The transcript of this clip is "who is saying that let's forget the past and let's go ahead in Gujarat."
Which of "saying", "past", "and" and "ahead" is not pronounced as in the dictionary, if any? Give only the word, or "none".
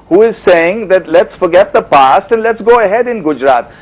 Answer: none